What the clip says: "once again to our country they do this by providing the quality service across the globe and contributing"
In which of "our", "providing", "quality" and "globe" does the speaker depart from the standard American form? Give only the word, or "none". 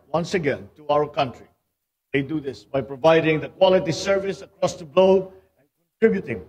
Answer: globe